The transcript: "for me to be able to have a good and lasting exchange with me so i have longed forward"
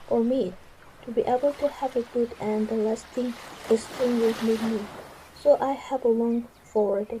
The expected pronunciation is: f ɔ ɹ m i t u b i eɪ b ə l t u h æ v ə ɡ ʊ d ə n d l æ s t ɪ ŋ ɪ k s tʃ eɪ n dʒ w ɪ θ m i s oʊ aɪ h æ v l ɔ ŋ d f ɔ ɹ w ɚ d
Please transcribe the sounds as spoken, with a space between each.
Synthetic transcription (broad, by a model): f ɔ ɹ m i t u b i eɪ b ə l t u h æ v ə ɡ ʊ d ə n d l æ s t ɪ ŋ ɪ s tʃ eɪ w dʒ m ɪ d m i s oʊ aɪ h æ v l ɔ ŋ f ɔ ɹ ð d